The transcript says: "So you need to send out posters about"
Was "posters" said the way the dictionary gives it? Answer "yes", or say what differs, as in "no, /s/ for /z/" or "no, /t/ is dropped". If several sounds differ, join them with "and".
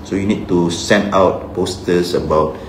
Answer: no, /s/ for /z/